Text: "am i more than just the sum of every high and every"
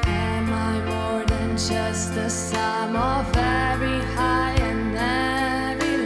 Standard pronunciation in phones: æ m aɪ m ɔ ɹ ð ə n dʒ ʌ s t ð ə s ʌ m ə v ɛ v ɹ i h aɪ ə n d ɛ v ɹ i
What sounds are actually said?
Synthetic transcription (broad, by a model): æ m aɪ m ɔ ɹ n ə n dʒ ʌ s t ð ə s ʌ m ə v ɛ ɹ i h aɪ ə n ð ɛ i